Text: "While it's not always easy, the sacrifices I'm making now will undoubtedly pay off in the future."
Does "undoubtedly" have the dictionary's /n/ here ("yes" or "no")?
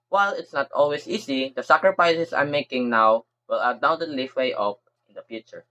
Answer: no